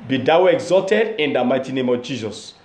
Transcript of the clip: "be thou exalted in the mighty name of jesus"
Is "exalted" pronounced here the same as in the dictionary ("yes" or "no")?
yes